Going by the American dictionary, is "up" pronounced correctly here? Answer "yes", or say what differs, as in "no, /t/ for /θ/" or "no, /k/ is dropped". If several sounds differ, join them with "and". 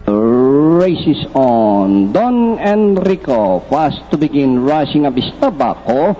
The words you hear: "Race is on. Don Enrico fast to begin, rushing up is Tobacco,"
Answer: no, /b/ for /p/